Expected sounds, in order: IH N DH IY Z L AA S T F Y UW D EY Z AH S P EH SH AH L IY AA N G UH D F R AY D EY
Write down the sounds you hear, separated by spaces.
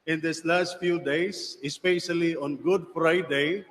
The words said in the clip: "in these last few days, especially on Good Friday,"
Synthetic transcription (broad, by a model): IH N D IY S L AA S T F Y UW D EY S AH S P EH SH AH L IY AA N G UH D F R AY D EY